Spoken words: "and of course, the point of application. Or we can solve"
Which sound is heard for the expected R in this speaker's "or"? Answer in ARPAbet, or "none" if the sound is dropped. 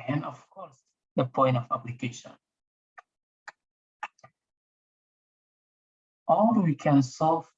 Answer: L